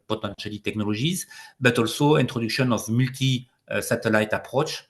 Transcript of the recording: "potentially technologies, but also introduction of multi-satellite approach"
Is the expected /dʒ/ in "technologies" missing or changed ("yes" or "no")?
yes